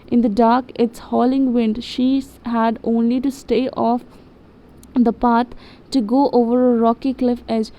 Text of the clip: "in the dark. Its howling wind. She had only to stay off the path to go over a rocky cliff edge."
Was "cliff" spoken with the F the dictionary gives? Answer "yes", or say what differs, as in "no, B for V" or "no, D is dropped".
yes